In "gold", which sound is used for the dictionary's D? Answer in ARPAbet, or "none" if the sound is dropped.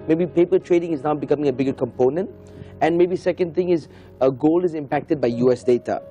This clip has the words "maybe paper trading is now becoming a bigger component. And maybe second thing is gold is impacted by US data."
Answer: none